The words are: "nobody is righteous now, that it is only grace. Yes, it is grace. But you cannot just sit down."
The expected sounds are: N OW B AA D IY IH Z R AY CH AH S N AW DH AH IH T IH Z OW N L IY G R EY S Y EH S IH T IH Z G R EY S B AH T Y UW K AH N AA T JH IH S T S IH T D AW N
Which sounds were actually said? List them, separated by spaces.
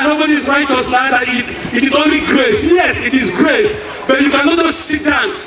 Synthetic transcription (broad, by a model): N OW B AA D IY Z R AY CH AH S L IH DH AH IH T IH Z OW N L IY G R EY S Y EH S IH T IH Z G R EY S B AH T Y UW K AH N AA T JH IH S S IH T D AW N